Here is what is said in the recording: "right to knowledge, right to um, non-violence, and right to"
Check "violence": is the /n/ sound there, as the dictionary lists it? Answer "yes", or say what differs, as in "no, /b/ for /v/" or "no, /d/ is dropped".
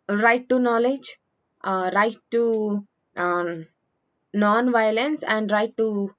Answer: yes